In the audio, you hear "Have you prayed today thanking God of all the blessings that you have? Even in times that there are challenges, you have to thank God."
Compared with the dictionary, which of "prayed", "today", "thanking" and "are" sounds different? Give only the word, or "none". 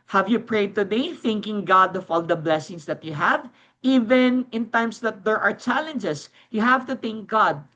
none